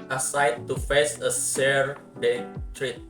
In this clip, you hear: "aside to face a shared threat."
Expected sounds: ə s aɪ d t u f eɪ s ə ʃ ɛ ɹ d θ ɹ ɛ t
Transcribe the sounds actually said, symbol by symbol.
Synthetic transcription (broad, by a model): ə s aɪ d t u f eɪ s ə s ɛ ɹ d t ɹ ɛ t